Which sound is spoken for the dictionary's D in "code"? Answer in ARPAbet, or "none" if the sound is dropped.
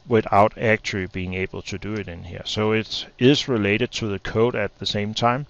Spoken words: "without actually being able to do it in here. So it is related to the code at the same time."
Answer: D